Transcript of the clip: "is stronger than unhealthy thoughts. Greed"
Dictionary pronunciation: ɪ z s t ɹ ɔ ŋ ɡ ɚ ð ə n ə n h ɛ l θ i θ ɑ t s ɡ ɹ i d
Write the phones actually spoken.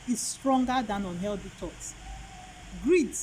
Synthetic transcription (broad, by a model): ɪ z s t ɹ ɔ ŋ ɡ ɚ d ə n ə n h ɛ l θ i t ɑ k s ɡ ɹ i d